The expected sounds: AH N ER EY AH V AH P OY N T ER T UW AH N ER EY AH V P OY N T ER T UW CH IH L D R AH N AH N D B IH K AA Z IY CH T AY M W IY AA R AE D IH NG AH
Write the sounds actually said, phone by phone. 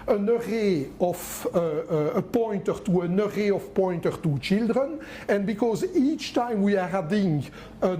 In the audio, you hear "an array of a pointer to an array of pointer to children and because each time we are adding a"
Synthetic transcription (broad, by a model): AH N ER EY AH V AH P OY N T ER T UW AH N ER EY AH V P OY N T ER T UW CH IH L D R AH N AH N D B IH K AA Z IY CH T AY M W IY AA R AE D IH NG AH